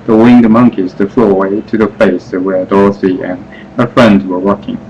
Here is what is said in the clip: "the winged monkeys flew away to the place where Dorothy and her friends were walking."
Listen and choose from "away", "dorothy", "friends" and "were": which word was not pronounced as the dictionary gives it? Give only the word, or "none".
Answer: dorothy